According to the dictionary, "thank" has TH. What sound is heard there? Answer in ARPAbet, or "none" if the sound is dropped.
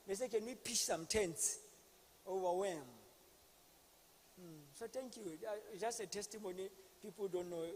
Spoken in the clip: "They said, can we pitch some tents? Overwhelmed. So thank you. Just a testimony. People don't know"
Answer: T